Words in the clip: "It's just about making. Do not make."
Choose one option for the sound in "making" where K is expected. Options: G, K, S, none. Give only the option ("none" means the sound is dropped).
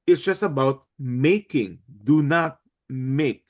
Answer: K